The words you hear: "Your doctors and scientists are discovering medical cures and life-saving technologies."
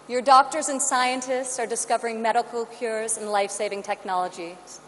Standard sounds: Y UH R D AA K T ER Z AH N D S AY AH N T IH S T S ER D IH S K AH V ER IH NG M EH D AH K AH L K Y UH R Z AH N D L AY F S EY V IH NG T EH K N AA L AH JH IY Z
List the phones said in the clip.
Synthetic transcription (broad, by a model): Y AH R D AA K T ER Z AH N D S AY AH N T IH S T S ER D IH S K AH V ER IH NG M EH D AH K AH L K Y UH R Z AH N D L AY F S EY V IH NG T EH K N AA L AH JH IY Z